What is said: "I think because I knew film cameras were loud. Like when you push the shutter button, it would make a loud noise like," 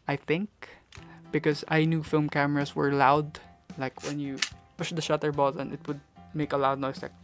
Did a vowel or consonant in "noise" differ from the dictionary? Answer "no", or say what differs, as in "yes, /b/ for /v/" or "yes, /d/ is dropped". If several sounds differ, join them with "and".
yes, /s/ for /z/